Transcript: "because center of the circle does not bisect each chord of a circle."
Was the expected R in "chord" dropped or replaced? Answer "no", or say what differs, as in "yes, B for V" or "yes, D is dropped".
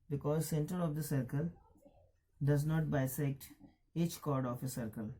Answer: no